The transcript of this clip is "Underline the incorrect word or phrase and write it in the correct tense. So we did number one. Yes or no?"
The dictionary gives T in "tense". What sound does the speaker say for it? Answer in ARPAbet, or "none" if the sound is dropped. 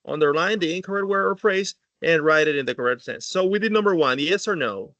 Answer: S